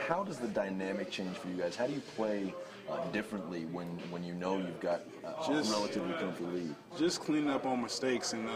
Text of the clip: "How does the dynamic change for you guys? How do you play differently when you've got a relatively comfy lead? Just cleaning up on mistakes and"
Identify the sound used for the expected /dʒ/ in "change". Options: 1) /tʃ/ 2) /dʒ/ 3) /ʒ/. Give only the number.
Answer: 3